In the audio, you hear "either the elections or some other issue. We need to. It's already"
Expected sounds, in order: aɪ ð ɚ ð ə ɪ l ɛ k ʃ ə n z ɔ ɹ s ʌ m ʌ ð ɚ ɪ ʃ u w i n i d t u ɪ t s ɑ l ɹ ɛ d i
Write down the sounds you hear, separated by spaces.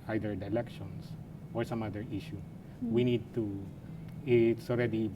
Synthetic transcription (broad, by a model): aɪ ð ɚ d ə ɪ l ɛ k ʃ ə n s ɔ ɹ s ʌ m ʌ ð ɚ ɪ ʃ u w i n i d t u ɪ t s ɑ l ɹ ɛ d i